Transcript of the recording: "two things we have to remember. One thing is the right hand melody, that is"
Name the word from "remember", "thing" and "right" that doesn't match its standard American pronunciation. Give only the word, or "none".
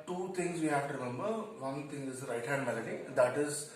thing